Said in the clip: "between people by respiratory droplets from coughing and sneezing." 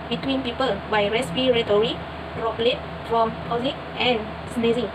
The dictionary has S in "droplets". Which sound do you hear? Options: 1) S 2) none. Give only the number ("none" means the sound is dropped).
2